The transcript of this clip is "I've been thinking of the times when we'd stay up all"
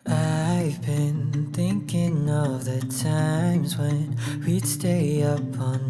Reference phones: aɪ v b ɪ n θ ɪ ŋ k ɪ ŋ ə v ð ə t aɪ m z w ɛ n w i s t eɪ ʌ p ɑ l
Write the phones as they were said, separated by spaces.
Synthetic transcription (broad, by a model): aɪ v b ɪ n θ ɪ ŋ k ɪ ŋ ə v ð ə t aɪ m z w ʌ n w i s t eɪ ʌ p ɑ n